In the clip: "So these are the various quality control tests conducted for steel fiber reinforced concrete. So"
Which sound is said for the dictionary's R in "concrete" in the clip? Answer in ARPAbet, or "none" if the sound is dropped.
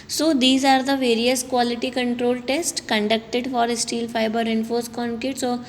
none